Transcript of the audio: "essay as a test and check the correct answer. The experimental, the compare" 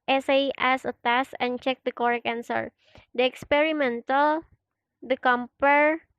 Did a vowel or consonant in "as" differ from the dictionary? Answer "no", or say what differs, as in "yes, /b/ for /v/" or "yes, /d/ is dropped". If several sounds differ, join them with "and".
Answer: yes, /s/ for /z/